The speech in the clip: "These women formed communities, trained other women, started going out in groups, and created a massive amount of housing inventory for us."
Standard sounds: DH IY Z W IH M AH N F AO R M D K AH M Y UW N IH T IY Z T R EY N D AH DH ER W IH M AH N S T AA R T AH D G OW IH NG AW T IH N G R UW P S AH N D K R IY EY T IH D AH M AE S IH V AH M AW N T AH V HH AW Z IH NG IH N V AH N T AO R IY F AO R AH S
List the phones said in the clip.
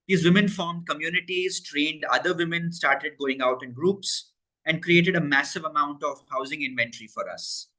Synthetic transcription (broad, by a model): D IY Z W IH M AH N F AO R M D K AH M Y UW N IH T IY Z T R EY N D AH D ER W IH M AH N S T AA R T AH D G OW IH NG AW T IH N G R UW P S AH N D K R IY EY T IH D AH M AE S IH V AH M AW N T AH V HH AW Z IH NG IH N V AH N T R IY F AO R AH S